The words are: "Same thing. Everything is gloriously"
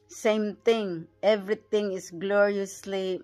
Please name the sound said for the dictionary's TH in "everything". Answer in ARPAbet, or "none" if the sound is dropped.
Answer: T